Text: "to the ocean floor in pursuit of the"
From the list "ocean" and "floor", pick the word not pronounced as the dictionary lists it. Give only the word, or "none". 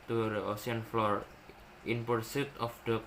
ocean